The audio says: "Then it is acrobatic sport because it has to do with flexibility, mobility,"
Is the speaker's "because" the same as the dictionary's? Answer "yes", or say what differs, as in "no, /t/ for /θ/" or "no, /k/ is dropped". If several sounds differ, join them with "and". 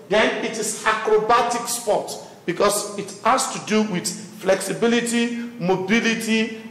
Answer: no, /s/ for /z/